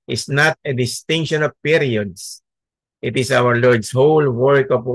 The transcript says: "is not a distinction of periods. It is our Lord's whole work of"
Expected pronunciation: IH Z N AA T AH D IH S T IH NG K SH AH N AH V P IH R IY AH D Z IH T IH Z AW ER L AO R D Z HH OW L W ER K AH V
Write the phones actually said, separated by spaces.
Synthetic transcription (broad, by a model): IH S N AA T AH D IH S T IH NG K SH AH N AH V P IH R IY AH D S IH T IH S AW ER L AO R D S HH OW L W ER K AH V